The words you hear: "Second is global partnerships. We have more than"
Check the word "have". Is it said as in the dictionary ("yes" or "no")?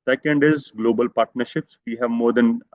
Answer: yes